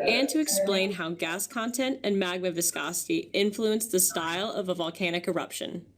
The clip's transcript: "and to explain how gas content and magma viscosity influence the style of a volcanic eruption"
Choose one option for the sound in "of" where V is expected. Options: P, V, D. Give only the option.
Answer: V